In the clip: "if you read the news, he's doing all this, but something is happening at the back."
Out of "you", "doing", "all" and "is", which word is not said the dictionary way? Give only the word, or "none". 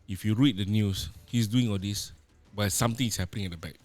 is